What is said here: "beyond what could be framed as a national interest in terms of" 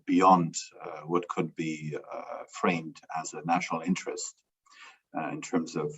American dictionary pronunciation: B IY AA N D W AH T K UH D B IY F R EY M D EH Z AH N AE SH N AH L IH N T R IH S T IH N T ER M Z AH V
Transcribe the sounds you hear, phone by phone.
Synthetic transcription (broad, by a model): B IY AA N D W AH T K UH D B IY F R EY M D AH Z AH N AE SH N L IH N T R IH S T IH N T ER M Z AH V